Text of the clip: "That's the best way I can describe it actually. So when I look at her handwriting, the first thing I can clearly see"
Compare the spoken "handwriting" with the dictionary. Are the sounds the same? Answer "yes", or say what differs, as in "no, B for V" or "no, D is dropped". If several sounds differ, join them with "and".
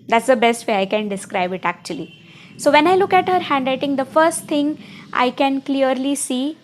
no, L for R